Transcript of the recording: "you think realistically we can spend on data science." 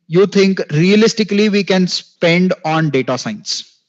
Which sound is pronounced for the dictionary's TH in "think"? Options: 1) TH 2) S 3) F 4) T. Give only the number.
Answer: 4